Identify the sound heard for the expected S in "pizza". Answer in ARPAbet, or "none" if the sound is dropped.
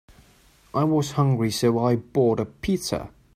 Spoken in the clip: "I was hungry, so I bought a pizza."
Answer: none